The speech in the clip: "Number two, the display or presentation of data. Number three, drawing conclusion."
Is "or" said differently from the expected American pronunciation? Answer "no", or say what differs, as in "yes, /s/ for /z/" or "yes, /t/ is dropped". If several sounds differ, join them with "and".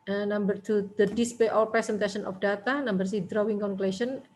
yes, /l/ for /ɹ/